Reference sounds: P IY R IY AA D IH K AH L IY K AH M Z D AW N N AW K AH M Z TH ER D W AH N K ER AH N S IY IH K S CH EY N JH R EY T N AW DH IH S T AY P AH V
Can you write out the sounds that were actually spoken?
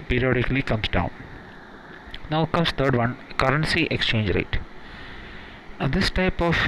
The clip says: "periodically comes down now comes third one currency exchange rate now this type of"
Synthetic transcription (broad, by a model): P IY R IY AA D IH K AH L IY K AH M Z D AW N N AW K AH M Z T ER D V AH N K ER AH N S IY IH K S CH EY N JH R EY T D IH S T AY P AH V